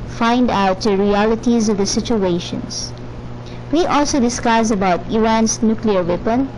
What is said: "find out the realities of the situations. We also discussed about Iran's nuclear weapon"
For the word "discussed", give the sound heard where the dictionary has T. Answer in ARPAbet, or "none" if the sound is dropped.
none